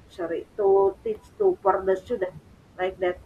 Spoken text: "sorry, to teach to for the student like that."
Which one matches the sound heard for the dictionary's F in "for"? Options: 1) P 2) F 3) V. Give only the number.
1